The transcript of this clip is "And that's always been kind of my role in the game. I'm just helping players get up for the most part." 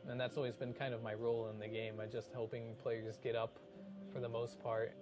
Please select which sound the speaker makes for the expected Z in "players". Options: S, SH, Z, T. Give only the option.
Z